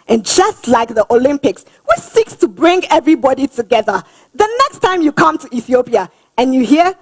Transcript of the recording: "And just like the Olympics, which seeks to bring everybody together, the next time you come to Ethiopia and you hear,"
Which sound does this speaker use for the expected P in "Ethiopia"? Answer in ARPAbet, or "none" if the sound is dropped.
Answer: P